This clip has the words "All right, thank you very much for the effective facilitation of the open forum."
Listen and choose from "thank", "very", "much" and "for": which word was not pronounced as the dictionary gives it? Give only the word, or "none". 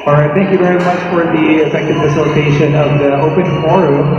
none